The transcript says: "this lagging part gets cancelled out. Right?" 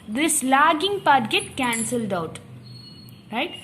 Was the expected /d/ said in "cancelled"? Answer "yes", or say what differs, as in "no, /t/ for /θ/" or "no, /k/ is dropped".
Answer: yes